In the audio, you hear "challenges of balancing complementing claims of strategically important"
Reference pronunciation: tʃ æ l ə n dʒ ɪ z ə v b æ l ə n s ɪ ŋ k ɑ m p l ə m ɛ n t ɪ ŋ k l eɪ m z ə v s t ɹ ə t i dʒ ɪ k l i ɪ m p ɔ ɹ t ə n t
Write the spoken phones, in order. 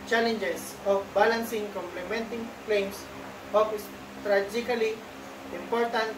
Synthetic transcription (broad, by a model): tʃ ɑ l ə n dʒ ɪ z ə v b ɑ l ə n s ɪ ŋ k ɑ m p l ə m ɛ n t ɪ ŋ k l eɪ m s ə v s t ɹ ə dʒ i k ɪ l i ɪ m p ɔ ɹ t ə n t